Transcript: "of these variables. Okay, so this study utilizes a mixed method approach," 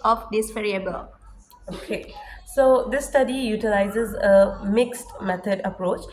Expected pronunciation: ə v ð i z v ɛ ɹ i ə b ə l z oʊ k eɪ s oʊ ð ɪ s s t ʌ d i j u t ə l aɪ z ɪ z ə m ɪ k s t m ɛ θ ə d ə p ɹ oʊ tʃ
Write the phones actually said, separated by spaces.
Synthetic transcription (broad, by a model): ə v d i s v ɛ ɹ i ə b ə l oʊ k eɪ s oʊ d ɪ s s t ʌ d i j u t ə l aɪ z ɪ z ə m ɪ k s t m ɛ t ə d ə p ɹ oʊ tʃ